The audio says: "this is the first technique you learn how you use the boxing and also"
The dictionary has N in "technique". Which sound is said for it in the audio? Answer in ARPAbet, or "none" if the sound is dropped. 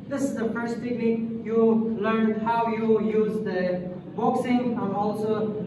L